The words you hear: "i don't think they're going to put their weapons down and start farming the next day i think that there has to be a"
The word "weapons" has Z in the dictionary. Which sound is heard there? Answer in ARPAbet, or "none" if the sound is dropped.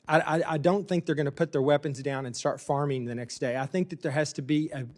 Z